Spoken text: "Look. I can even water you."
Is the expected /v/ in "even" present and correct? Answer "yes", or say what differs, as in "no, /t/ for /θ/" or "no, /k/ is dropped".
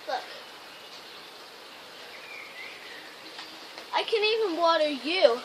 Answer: yes